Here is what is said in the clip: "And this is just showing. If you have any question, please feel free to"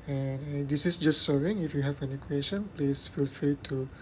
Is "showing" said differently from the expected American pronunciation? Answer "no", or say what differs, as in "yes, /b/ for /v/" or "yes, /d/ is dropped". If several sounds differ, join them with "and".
yes, /s/ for /ʃ/